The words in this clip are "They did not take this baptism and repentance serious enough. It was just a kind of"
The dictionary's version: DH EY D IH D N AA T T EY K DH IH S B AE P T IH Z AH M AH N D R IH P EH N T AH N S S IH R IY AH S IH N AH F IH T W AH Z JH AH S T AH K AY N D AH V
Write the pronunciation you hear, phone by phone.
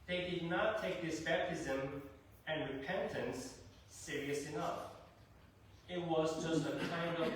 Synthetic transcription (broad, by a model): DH EY D IH D N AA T T EY K DH IH S B AE P T IH Z AH M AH N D R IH P EH N T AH N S S IH R IY AH S IH N AH F IH T W AH Z JH AH S T AH K AY N D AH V